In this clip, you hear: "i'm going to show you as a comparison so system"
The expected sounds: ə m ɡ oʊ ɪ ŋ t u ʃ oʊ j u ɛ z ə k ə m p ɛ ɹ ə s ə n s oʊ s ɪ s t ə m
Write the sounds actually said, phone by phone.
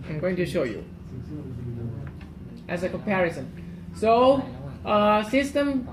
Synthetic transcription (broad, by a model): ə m ɡ oʊ ɪ ŋ t u ʃ oʊ j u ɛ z ə k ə m p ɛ ɹ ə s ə n s oʊ s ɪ s t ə m